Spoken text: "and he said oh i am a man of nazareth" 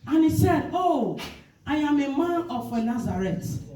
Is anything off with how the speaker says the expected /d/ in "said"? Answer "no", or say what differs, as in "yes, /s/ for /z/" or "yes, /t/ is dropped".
no